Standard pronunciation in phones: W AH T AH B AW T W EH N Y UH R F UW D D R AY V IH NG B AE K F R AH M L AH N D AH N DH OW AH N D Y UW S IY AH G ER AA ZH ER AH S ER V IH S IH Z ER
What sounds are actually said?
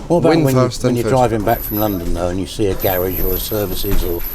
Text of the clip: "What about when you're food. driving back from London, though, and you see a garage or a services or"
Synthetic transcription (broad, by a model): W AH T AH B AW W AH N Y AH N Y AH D D R AY V IH NG B AE K F R AH M L AH N D AH N DH OW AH N Y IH S IY AH G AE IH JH ER AH S ER V IH S IH Z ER